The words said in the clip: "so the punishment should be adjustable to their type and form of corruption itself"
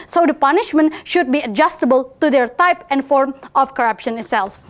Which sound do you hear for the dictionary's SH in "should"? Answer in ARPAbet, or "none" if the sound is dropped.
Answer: SH